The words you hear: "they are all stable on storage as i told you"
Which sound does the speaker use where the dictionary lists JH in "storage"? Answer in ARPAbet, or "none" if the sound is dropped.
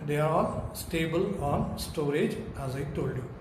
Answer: JH